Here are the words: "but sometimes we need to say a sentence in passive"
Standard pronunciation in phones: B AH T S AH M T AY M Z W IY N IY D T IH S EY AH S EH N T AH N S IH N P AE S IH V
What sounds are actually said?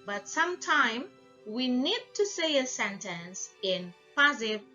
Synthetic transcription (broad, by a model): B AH T S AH M T AY M W IY N IY D T IH S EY AH S EH N T AH N S IH N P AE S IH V